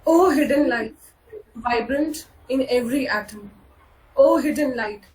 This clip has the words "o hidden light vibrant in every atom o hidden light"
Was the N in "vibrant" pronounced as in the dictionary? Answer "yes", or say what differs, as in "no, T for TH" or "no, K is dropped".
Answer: yes